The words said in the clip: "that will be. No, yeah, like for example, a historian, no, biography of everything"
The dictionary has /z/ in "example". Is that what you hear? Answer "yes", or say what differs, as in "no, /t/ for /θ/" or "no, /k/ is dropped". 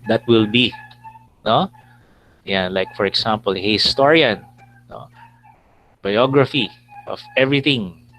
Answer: no, /s/ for /z/